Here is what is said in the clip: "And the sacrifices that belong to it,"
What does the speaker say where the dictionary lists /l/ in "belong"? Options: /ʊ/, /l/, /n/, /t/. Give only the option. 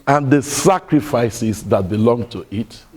/l/